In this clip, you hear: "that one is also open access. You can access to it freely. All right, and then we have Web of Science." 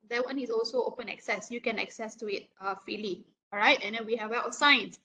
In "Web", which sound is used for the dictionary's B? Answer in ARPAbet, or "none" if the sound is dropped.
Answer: none